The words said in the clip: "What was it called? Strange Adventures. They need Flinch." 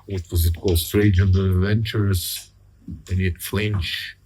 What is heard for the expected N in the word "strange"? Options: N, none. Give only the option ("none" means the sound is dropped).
none